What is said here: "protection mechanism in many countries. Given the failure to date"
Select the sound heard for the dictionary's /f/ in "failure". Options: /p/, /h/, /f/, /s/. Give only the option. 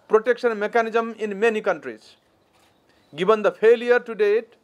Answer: /p/